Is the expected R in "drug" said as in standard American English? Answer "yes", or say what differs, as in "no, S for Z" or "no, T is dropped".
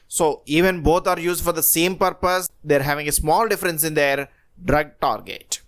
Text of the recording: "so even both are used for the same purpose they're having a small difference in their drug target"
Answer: yes